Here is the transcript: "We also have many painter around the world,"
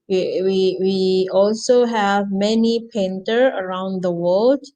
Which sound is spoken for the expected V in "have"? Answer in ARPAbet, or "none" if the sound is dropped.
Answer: V